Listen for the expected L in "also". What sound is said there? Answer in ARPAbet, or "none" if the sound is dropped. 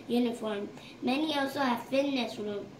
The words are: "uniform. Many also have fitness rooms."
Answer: W